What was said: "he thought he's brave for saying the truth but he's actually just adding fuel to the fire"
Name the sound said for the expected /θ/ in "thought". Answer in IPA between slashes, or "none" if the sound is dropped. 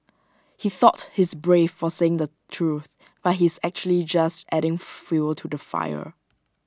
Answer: /θ/